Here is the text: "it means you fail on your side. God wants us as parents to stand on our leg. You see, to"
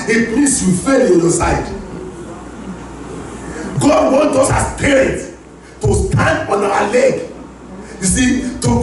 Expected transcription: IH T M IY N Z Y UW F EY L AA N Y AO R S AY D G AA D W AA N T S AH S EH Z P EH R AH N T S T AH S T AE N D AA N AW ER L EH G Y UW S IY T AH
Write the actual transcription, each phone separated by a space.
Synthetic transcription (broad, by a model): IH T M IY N S Y UW F EY L AA N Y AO S AY D G AA D W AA N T AO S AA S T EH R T T AH S T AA N D AA N AW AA L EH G Y UW S IY T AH